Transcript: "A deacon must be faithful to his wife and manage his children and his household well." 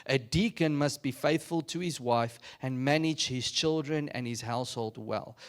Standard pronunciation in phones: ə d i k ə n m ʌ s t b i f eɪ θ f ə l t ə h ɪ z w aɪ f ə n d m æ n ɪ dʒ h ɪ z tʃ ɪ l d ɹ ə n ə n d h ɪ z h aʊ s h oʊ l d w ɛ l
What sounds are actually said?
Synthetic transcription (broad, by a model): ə d i k ə n m ʌ s t b i f eɪ θ f ə l t ə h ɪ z w aɪ f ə n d m æ n ɪ dʒ h ɪ z tʃ ɪ l d ɹ ə n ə n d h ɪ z h aʊ s h oʊ l d w ɛ l